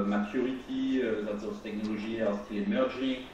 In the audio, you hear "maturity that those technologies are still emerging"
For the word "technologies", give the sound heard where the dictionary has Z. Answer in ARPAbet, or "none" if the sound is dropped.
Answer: none